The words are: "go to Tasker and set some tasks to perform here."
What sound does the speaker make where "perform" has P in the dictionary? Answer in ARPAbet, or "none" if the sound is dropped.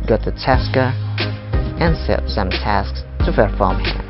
F